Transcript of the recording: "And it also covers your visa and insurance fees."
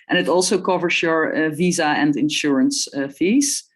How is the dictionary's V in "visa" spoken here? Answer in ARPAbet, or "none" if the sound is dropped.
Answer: V